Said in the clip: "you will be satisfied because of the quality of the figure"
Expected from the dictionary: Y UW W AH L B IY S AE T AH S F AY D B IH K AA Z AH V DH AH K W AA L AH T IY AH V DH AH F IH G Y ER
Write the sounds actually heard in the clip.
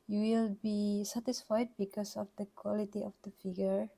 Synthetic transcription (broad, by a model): Y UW W AH L B IY S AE T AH S F AY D B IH K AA S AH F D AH K W AA L AH T IY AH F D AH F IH G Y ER